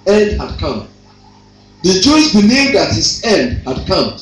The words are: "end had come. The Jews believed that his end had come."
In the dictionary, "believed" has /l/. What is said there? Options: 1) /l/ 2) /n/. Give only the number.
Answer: 2